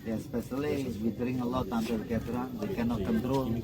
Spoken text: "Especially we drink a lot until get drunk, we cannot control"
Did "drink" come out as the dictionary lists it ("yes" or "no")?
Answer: no